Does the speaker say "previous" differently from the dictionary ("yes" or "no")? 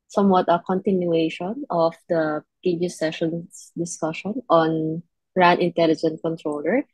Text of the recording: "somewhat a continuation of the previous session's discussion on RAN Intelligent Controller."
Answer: yes